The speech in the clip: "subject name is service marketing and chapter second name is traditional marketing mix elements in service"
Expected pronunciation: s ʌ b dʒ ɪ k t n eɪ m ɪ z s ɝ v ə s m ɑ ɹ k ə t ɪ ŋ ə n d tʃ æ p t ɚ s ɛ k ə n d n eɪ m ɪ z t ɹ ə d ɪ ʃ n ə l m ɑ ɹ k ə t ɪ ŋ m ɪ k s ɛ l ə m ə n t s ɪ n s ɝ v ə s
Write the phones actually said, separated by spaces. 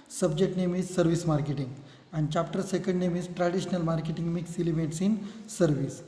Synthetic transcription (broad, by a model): s ʌ b dʒ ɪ k t n eɪ m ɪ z s ɝ v ə s m ɑ ɹ k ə t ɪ ŋ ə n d tʃ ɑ p t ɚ s ɛ k ə n d n eɪ m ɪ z t ɹ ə d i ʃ n ə l m ɑ ɹ k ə t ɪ ŋ m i k s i l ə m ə t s ɪ n s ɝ v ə s